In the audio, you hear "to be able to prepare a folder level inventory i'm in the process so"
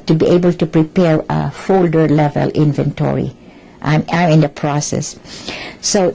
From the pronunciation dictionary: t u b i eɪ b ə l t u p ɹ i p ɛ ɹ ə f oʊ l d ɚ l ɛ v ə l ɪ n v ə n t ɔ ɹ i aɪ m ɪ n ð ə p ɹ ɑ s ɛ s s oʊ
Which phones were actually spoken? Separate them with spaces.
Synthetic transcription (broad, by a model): t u b i eɪ b ə l t u p ɹ i p ɛ ɹ ə f oʊ l d ɚ l ɛ v ə l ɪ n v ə n t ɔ ɹ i aɪ m ɪ n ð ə p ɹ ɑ s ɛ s s oʊ